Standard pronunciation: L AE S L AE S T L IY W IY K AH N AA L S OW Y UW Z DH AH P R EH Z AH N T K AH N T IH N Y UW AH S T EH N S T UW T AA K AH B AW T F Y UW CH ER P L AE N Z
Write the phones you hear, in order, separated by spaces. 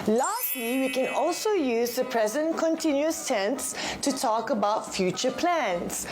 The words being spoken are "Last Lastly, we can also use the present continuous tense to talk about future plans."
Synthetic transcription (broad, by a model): L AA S S T L IY W IY K AH N AA L S OW Y UW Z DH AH P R EH Z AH N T K AH N T IH N Y UW AH S T EH N S T UW T AA K AH B AW T F Y UW CH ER P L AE N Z